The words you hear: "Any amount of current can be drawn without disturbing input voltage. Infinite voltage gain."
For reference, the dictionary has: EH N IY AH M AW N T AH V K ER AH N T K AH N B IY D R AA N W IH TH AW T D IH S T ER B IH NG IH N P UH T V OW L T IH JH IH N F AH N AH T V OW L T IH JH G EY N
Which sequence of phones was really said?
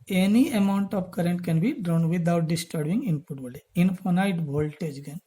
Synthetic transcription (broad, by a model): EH N IY AH M AW N T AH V K ER AH N T K AH N B IY D R AA N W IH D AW T D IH S T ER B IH NG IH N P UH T B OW L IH IH N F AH N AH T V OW L T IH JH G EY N